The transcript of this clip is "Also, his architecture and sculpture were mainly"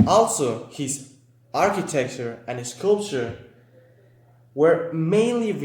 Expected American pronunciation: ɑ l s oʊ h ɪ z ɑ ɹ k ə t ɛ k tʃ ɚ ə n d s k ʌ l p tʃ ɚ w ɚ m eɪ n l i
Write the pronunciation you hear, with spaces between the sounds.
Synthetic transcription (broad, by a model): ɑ l s oʊ h ɪ z ɑ ɹ k ə t ɛ k tʃ ɚ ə n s s k ʌ l p tʃ ɚ w ɚ m eɪ n l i